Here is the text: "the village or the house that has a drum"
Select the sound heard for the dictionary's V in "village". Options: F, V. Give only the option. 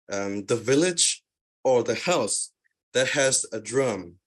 V